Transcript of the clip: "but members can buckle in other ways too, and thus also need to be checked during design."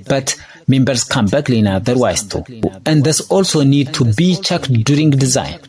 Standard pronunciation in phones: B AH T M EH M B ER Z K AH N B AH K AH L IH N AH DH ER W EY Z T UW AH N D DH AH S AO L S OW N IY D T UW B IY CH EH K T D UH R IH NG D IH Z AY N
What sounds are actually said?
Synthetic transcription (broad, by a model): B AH T M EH M B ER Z K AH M B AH K L IH N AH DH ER W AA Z T UW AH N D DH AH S AO L S OW N IY D T UW B IY CH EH K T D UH R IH NG D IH Z AY N